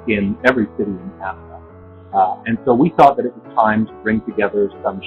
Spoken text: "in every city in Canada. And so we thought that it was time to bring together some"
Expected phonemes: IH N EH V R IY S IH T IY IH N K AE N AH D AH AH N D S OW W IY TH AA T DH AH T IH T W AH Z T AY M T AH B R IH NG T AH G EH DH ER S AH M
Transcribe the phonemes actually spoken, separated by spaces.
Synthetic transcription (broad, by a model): IH N EH V R IY S IH T IY IH N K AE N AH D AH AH N S OW W IY TH AA T DH AH T IH T W AH Z T AY M T AH B R IH NG T AH G EH DH ER S AH M